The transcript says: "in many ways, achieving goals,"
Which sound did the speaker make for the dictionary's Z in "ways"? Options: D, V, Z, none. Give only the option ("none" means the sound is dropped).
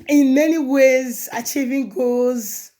Z